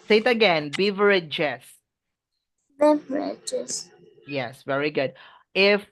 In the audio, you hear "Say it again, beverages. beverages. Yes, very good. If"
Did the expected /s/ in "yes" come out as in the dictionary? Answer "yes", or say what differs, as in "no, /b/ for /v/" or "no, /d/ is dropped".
yes